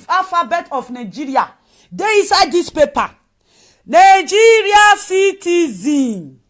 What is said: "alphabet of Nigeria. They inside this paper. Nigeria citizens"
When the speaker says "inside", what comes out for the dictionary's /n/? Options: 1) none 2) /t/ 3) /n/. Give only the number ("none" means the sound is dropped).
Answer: 1